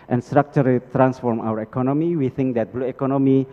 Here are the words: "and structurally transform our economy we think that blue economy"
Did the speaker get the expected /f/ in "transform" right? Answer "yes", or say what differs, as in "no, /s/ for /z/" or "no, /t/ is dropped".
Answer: yes